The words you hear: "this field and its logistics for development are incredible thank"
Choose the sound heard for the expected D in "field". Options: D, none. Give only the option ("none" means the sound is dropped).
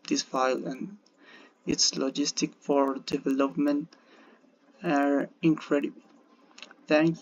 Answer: none